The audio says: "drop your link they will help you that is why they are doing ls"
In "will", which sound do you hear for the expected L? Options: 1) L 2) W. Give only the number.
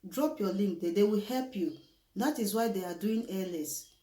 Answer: 2